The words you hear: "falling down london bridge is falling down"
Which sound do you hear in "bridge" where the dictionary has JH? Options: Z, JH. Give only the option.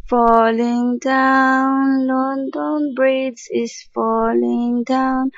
Z